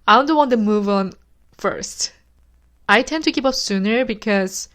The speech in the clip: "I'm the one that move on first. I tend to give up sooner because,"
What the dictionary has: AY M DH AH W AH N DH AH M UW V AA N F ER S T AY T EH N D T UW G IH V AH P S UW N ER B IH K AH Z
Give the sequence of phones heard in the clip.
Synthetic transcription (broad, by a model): AY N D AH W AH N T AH M UW V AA N F ER S T AY T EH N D T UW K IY P AH P S UW N ER B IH K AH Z